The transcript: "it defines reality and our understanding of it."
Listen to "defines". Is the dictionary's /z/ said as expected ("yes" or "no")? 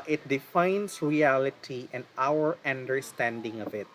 no